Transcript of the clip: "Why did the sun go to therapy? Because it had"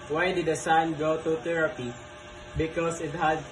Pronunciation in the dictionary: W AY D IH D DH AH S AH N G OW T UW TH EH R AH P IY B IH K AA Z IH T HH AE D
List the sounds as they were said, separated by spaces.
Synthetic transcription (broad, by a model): W AY D IH D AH S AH N G OW T UW T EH R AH P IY B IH K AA S IH T HH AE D